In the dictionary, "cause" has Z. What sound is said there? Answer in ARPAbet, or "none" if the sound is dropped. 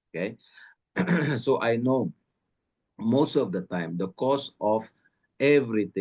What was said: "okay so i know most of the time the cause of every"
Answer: S